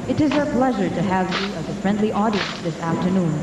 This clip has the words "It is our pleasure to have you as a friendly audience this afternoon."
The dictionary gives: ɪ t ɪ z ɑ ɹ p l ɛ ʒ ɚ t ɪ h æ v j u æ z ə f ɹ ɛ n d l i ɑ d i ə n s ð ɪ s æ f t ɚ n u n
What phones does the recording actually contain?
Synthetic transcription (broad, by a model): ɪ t ɪ z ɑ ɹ p l ɛ ʒ ɚ t ɪ h æ v j u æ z ə f ɹ ɛ n d l i ɑ d i ə n s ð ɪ s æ f t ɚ n u n